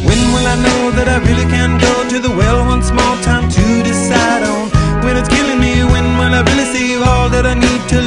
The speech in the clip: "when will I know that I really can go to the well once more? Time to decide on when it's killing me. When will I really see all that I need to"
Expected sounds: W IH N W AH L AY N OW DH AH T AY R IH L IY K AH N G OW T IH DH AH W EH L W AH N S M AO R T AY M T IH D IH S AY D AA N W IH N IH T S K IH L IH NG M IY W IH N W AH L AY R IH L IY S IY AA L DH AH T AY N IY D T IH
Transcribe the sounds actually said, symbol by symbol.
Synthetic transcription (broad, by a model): W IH N W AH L AY N OW DH AH T AY R IH L IY K AH N G OW T IH DH AH W EH L W AH N S M AO L T AY M T IH D IH S AY D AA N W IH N IH T S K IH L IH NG M IY W IH N W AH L AY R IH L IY S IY AA L DH AH T AY N IY D T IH